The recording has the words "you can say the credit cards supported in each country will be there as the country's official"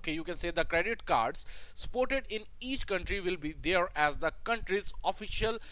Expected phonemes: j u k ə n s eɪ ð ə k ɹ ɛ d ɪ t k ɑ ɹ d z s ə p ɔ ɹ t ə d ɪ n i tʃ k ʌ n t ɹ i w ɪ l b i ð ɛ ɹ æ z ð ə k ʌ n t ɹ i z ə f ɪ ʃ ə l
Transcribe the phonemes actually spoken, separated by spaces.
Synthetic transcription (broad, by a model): j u k ə n s eɪ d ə k ɹ ɛ d ɪ t k ɑ ɹ d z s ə p ɔ ɹ t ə d ɪ n i tʃ k ʌ n t ɹ i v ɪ l b i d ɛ ɹ æ z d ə k ʌ n t ɹ i z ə f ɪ ʃ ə l